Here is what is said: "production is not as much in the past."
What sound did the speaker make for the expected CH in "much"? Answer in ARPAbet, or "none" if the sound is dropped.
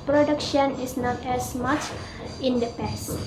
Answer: CH